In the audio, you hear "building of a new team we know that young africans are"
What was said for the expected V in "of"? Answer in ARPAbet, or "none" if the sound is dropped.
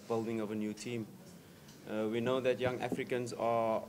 V